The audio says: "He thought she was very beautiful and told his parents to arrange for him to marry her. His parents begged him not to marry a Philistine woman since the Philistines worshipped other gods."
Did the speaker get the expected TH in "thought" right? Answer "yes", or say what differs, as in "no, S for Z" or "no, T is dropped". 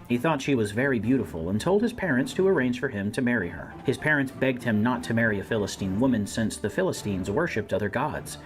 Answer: yes